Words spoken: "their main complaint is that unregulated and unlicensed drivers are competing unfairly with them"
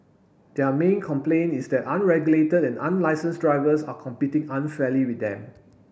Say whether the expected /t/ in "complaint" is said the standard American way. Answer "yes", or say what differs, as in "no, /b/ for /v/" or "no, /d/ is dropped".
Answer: no, /t/ is dropped